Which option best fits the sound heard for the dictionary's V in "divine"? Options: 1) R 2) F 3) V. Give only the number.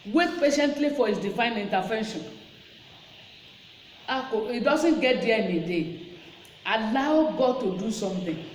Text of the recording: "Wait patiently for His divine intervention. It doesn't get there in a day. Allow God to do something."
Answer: 2